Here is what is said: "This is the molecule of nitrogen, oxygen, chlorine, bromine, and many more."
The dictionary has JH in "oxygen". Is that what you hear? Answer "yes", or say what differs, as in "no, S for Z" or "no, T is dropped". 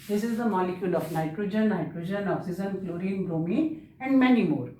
no, Z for JH